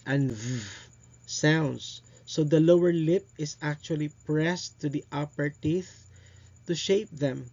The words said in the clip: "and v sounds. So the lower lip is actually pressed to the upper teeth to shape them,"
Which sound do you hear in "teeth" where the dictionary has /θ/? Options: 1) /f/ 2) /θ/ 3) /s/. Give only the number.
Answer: 2